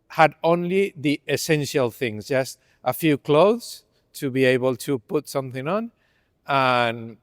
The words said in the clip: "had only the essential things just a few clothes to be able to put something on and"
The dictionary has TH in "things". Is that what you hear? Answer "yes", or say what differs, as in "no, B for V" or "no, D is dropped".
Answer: yes